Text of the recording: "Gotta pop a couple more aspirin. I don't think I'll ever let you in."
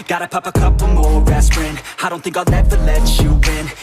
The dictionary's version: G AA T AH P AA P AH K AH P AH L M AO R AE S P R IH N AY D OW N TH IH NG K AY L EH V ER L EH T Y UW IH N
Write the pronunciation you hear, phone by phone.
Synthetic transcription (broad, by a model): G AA T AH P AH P AH K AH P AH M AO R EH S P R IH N AY D OW N TH IH NG K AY N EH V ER L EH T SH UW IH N